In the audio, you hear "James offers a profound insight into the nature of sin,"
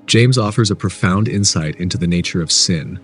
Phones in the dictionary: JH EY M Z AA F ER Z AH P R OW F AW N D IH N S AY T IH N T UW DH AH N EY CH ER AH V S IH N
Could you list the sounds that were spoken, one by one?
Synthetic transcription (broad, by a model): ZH EY M Z AA F ER Z AH P R OW F AW N D IH N S AY T IH N T UW DH AH N EY CH ER AH V S IH N